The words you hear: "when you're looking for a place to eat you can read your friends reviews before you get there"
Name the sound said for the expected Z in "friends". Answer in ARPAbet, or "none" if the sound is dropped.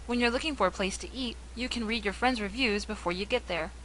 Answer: Z